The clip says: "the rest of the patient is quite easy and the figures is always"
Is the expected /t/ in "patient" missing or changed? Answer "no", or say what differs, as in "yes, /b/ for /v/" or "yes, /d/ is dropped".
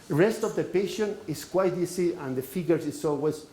yes, /t/ is dropped